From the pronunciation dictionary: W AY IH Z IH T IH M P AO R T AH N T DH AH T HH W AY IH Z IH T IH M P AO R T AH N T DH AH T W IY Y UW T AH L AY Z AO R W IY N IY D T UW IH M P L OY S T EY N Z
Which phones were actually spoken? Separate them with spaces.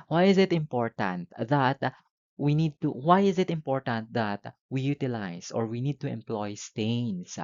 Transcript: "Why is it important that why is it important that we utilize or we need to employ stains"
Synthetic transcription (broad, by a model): W AY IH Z IH T IH M P AO R T AH N T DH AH T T W AY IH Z IH T IH M P AO R T AH N T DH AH T W IY Y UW T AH L AY S AO R W IY N IY D T UW IH M P L OY S T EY N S